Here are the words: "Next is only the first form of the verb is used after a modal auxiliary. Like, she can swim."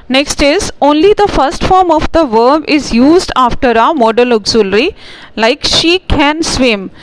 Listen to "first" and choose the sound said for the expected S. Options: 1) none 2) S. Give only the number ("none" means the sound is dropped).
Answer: 2